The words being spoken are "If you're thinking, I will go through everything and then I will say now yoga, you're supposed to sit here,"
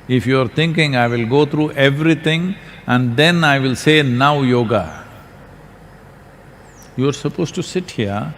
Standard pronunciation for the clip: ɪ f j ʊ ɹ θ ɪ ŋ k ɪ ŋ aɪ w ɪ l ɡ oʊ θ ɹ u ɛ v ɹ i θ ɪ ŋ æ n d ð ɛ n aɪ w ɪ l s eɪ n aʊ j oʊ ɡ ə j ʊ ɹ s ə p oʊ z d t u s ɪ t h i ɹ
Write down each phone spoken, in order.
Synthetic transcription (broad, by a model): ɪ f j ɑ ɹ t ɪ ŋ k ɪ ŋ aɪ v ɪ l ɡ oʊ t ɹ u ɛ v ɹ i t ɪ ŋ æ n d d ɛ n aɪ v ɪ l s eɪ n aʊ j oʊ ɡ ə j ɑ ɹ s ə p oʊ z t u s ɪ t h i ɹ